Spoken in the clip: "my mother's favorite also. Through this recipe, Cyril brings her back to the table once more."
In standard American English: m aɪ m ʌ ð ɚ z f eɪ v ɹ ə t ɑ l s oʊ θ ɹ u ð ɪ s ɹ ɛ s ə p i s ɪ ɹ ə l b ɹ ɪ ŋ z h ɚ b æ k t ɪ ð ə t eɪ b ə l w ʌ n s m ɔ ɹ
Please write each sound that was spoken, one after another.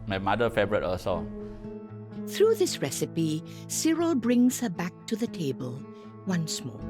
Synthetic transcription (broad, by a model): m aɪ m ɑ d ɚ f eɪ b ɹ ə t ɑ s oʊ θ ɹ u ð ɪ s ɹ ɛ s ə p i s ɪ ɹ ə l b ɹ ɪ ŋ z h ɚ b æ k t ɪ ð ə t eɪ b ə l w ʌ n s m ɔ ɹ